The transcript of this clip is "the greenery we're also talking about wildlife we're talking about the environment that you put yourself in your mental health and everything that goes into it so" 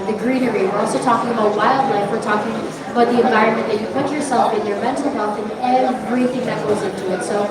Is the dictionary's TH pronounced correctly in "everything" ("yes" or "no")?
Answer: yes